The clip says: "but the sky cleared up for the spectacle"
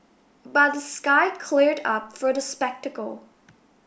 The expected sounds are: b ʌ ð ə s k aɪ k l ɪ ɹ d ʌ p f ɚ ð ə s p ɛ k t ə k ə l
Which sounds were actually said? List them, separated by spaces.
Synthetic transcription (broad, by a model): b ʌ ð ə s k aɪ k l ɪ ɹ d ʌ p f ɚ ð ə s p ɛ k t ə k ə l